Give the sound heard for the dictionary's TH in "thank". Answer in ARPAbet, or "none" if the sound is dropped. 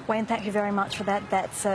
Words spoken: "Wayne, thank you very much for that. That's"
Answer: TH